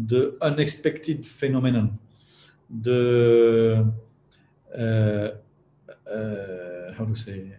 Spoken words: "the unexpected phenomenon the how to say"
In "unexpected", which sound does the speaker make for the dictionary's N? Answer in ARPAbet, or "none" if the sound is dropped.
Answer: N